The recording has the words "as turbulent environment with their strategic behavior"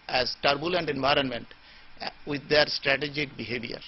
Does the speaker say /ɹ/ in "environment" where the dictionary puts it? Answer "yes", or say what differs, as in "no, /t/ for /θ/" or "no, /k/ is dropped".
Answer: yes